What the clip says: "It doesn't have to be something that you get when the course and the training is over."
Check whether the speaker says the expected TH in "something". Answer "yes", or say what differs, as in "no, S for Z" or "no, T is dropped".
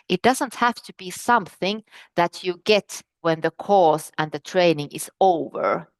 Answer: yes